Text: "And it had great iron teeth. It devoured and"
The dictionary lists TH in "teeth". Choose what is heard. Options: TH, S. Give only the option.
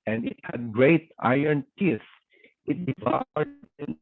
S